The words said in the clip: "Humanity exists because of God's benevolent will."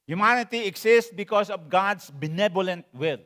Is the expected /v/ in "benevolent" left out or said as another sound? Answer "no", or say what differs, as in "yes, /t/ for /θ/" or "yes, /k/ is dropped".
yes, /b/ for /v/